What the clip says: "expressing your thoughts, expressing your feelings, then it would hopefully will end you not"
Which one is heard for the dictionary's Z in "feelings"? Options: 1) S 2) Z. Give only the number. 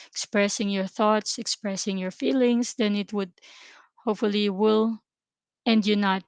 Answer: 1